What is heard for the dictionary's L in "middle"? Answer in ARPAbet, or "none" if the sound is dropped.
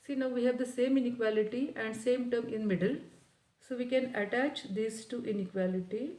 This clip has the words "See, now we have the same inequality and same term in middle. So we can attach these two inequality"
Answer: L